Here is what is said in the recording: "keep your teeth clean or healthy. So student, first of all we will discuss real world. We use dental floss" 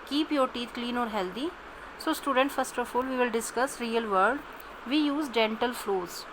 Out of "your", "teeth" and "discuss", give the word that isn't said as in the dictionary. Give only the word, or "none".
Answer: teeth